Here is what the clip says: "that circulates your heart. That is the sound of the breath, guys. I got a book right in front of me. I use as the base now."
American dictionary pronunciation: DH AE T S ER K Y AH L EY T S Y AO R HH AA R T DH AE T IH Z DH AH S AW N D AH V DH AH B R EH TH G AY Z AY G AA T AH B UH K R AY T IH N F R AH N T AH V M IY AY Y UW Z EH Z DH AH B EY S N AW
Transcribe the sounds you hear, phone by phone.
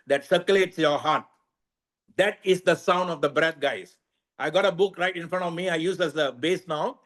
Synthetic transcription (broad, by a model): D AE T S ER K Y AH L EY T S Y AO R HH AA R T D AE T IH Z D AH S AW N D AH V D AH B R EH T G AY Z AY G AA T AH B UH K R AY T IH N F R AH N T AH V M IY AY Y UW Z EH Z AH B EY S N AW